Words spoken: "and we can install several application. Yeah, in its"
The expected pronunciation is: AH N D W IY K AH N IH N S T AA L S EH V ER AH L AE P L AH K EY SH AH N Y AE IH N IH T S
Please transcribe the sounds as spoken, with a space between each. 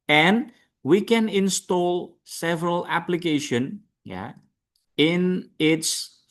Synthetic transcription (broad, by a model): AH N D W IY K AH N IH N S T AA L S EH V ER AH L AE P L AH K EY SH AH N Y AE IH N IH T S